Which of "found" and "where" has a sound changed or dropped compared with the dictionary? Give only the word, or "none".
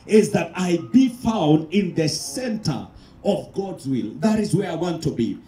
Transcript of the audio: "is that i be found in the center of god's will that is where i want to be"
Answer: none